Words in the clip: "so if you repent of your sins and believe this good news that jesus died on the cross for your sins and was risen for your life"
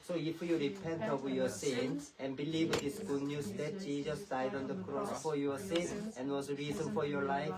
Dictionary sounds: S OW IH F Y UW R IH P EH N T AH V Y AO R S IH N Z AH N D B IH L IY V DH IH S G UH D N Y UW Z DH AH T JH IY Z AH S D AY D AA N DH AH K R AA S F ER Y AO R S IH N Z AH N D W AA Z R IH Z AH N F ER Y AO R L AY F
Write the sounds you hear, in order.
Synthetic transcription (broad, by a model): S OW IH F Y UW R IH P EH N T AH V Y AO S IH N AH N B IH L IY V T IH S G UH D N Y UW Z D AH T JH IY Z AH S D AY D AA N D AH K R AA S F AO Y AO S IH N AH N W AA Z R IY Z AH N F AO Y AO L AY F